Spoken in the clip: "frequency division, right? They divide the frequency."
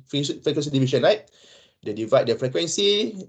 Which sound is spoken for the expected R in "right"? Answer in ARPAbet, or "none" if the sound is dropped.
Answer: L